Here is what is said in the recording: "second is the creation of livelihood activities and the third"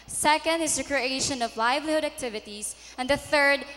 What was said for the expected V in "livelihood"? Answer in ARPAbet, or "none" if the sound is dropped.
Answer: V